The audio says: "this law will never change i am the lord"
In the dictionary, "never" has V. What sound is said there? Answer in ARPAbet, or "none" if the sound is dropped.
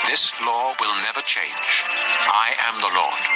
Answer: V